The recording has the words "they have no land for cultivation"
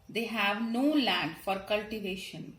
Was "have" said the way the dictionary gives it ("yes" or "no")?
yes